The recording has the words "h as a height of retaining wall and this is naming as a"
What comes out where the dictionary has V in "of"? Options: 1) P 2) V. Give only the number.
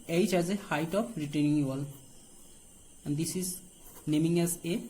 1